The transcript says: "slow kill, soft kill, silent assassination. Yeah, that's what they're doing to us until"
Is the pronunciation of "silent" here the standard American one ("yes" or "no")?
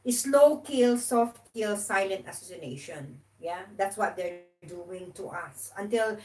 yes